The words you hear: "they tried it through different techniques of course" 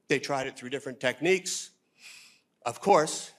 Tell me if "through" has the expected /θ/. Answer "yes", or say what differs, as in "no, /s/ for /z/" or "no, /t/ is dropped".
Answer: yes